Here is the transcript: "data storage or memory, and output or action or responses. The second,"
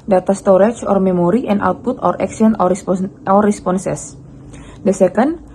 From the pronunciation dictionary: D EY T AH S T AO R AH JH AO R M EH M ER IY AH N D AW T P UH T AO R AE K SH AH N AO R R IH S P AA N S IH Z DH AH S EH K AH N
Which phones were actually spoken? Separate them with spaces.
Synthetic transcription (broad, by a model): D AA T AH S T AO R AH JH AO R M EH M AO IY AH N AW T P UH T AO R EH K S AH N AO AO R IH S P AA N S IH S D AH S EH K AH N